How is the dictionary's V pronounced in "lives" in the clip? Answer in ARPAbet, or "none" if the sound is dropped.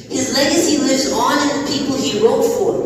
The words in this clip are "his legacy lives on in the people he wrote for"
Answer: none